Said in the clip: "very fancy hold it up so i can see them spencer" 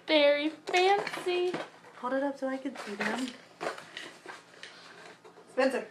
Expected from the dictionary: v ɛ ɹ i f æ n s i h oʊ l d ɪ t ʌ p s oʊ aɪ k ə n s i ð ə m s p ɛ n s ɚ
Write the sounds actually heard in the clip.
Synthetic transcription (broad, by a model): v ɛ ɹ i f æ n s i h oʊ d ɪ t ʌ p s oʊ aɪ k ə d s i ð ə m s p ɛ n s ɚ